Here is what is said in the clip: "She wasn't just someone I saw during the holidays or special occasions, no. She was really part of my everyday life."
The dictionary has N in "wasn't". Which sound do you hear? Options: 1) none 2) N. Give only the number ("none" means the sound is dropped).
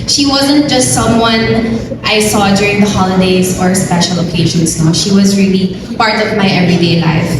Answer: 2